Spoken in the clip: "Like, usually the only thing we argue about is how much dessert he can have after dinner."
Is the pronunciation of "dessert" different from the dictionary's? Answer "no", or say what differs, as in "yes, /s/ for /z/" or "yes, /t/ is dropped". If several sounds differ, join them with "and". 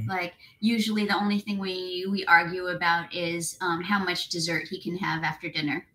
no